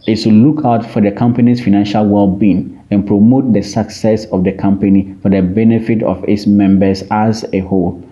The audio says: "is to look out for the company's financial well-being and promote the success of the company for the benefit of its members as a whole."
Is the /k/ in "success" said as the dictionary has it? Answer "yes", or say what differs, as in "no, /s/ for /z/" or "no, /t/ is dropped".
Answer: yes